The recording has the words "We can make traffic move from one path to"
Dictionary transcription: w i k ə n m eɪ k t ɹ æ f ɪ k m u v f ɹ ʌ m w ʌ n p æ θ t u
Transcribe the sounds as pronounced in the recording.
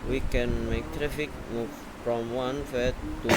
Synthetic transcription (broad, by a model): w i k ə n m eɪ k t ɹ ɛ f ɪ k m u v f ɹ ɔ m w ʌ n f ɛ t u